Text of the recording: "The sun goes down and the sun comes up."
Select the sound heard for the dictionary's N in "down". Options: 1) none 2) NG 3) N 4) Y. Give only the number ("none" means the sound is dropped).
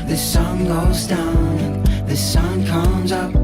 1